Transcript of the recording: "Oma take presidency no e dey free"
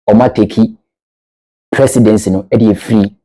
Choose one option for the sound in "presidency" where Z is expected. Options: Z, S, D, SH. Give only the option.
S